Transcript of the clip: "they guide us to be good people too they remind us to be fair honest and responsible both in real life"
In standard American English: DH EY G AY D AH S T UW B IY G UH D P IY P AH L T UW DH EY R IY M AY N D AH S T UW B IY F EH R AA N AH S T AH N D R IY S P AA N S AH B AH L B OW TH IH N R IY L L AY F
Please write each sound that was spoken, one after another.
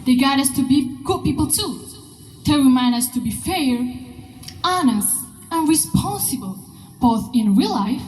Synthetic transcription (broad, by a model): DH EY G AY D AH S T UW B IY G UH D P IY P AH L T UW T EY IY M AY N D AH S T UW B IY F EH R AA N AH S T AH N R IY S P AA N S AH B AH L B OW TH IH N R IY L L AY F